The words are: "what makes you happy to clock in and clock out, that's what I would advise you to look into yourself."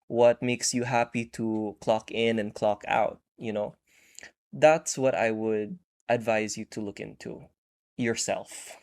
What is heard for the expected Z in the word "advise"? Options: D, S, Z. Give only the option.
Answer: Z